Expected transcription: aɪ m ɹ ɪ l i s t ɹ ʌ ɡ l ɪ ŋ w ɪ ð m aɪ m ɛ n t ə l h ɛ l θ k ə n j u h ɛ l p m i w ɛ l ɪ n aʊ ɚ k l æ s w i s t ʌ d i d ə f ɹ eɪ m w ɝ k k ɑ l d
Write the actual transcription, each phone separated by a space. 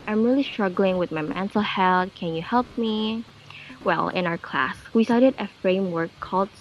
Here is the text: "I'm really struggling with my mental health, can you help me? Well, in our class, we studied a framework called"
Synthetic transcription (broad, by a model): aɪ m ɹ ɪ l i s t ɹ ʌ ɡ l ɪ ŋ w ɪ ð m aɪ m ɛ n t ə l h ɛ l t k ə n j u h ɛ l p m i w ɛ l ɪ n aʊ ɚ k l æ s w i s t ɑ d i d ə f ɹ eɪ m w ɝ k k ɑ l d